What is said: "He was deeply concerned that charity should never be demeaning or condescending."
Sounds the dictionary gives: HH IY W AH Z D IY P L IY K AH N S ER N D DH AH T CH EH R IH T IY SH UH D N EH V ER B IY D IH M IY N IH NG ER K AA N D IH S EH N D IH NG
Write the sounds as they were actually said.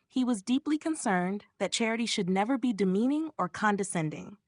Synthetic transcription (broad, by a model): HH IY W AH Z D IY P L IY K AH N S ER N DH AH T CH EH R IH T IY SH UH D N EH V ER B IY D IH M IY N IH NG ER K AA N D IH S EH N D IH NG